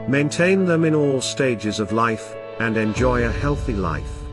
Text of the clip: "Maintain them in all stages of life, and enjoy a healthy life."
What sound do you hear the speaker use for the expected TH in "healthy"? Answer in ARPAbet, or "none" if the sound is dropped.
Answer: TH